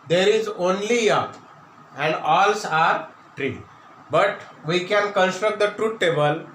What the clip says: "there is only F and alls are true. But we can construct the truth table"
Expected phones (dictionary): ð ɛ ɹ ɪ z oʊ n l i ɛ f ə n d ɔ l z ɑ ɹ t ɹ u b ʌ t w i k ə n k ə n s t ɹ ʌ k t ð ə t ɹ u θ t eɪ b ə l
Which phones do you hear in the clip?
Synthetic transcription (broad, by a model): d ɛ ɹ ɪ z oʊ n l i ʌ p ə n d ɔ l s ɑ ɹ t ɹ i b ʌ t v i k ə n k ə n s t ɹ ʌ k t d ə t ɹ u t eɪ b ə l